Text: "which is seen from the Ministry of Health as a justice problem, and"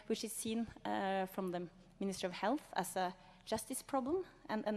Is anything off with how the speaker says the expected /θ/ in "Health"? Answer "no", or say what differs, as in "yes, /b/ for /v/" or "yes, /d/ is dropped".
no